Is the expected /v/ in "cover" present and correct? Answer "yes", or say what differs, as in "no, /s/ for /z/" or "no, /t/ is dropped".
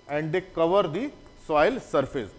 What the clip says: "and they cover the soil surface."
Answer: yes